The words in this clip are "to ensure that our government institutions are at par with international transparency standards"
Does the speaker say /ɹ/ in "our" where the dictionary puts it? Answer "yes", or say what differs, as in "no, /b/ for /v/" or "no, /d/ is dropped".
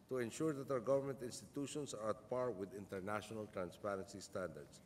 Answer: no, /w/ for /ɹ/